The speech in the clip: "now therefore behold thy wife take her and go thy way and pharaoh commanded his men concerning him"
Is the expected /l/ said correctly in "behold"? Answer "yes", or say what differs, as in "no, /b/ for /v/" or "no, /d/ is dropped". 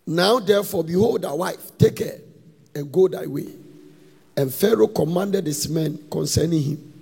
yes